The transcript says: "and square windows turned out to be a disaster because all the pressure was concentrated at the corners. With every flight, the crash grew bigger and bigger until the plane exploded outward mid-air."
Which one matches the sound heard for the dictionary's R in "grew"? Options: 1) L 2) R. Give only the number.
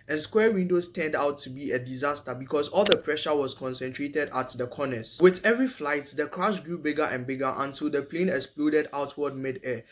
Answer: 2